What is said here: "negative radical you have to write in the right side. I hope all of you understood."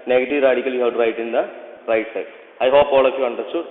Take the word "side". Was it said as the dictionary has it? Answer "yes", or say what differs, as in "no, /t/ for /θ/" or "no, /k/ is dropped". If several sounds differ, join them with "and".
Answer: no, /d/ is dropped